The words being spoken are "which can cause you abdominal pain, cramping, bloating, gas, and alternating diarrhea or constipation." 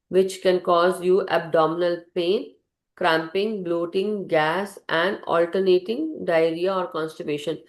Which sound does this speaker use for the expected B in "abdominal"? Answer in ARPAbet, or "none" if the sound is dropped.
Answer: B